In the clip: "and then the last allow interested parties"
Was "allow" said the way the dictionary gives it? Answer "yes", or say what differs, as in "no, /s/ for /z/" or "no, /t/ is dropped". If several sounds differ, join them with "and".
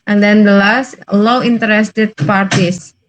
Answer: no, /w/ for /l/